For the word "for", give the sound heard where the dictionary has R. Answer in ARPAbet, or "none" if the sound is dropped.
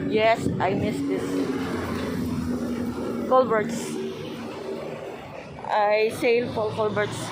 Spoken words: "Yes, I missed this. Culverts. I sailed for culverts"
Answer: L